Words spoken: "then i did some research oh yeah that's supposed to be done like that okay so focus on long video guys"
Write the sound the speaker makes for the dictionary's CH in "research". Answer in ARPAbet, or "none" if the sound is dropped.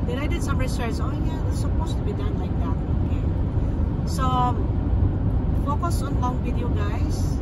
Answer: S